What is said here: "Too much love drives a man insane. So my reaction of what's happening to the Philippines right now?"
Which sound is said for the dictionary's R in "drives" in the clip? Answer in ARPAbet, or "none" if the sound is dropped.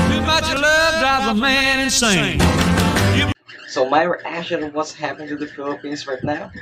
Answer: none